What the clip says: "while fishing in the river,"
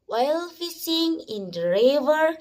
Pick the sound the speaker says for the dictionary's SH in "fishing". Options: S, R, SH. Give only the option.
S